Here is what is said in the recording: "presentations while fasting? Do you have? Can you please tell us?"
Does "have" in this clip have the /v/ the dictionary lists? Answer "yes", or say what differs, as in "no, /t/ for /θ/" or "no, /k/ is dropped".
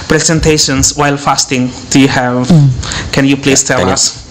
yes